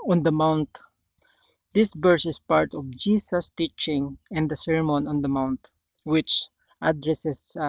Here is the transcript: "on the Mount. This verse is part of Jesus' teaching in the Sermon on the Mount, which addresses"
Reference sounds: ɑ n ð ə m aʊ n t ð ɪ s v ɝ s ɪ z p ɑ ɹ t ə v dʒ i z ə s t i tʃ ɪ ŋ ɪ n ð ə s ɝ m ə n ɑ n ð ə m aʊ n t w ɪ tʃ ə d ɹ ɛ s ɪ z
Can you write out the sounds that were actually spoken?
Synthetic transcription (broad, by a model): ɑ n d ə m aʊ n t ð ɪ s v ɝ s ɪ s p ɑ ɹ t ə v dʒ i s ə s t i tʃ ɪ ŋ ɪ n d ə s ɝ m ə n ɑ n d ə m aʊ n t w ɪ tʃ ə d ɹ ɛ s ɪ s